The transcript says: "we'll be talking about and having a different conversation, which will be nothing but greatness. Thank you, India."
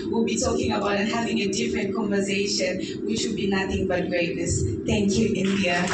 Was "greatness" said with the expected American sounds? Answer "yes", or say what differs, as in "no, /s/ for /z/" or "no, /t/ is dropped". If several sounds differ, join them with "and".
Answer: no, /n/ is dropped